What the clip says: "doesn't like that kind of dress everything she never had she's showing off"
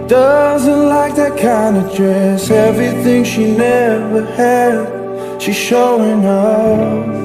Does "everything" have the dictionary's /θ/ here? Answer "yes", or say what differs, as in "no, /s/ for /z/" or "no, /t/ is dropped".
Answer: yes